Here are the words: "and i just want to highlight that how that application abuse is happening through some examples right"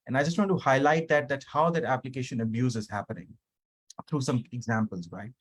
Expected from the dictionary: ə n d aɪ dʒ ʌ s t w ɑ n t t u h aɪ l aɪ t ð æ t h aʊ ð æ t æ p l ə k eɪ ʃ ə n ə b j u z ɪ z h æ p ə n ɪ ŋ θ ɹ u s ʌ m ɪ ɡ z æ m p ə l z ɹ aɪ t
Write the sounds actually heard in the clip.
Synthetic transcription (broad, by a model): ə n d aɪ dʒ ʌ s t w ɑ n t t u h aɪ l aɪ t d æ t h aʊ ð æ t æ p l ə k eɪ ʃ ə n ə b j u z ɪ z h æ p ə n ɪ ŋ t ɹ u s ʌ m ɪ ɡ z æ m p ə l z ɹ aɪ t